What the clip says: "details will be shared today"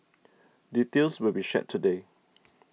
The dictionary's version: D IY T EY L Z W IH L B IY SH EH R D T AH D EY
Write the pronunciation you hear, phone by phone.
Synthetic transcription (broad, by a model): D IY T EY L S W IH L B IY SH EH T AH D EY